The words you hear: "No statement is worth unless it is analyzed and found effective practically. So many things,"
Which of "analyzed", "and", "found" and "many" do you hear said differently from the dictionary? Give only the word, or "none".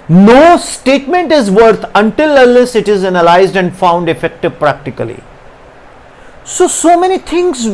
none